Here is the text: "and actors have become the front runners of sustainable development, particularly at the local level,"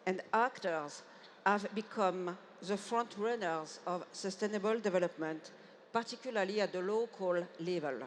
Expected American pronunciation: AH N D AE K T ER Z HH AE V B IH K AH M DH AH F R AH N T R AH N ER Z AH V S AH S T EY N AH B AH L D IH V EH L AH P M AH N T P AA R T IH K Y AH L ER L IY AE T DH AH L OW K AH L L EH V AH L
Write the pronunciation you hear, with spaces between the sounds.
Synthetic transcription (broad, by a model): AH N D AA K T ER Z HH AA V B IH K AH M DH AH F R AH N T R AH N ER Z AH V S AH S T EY N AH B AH L D IH V EH L AH P M AH N T P AA R T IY K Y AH L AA L IY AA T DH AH L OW K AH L L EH V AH L